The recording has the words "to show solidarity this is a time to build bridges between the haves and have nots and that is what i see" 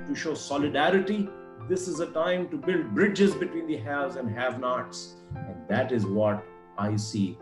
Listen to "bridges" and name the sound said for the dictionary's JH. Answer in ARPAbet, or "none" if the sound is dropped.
JH